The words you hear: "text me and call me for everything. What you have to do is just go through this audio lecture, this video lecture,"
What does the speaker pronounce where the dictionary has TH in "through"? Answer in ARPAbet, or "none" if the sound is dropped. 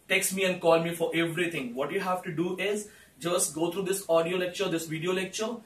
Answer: T